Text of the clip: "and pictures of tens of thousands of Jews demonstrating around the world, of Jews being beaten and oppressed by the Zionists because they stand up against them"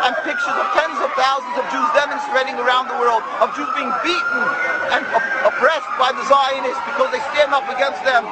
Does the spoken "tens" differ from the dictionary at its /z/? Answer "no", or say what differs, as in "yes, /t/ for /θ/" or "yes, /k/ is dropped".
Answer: no